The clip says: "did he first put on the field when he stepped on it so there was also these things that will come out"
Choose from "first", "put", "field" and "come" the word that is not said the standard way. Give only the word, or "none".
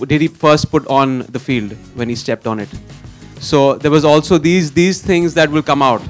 none